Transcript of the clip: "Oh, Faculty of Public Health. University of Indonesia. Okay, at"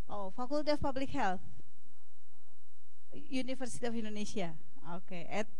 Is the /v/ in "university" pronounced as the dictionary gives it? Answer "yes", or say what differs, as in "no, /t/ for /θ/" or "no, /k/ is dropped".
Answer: no, /f/ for /v/